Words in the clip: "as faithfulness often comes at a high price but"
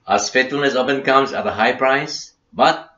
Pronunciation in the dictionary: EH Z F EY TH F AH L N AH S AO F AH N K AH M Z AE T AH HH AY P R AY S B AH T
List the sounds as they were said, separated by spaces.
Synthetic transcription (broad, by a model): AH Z F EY T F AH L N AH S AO P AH N K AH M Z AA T AH HH AY P R AY S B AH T